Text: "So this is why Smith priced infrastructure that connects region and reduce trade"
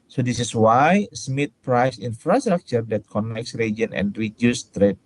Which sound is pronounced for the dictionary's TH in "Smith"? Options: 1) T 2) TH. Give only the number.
1